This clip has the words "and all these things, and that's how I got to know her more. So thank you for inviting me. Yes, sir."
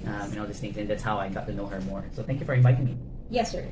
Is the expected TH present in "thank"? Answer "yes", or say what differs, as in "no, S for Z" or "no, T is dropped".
yes